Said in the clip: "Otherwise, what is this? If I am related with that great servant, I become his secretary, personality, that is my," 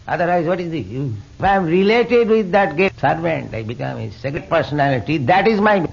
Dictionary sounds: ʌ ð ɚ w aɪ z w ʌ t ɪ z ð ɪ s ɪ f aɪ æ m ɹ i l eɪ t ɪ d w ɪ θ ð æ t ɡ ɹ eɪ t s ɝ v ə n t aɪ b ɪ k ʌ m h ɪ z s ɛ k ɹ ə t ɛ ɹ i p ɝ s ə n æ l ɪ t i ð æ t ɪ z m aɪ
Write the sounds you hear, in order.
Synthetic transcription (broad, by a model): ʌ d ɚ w aɪ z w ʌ t ɪ z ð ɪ ɪ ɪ m ɹ i l eɪ t ɪ d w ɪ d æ t ɡ eɪ s ɝ v ə n t aɪ b ɪ k ʌ m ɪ s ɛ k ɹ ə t p ɝ s ə n æ l ɪ t i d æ t ɪ z m aɪ